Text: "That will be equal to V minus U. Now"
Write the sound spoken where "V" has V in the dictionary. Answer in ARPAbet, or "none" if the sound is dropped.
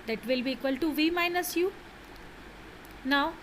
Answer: V